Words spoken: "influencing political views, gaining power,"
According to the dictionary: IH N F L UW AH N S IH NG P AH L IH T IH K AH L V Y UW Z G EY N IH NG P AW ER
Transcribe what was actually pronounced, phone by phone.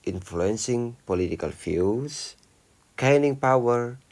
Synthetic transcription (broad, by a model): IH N F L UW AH N S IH NG P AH L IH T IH K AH L F Y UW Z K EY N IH NG P AW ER